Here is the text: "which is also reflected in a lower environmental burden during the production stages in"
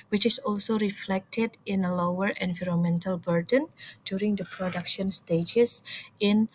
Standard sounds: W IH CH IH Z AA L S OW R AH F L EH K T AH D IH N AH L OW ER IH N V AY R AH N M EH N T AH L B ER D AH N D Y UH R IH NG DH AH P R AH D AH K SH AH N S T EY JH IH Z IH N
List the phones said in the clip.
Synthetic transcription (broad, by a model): W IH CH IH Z AA L S OW R AH F L EH K T AH D IH N AH L OW ER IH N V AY R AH N M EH N T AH L B ER D AH N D Y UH R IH NG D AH P R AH D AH K SH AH N S T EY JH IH S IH N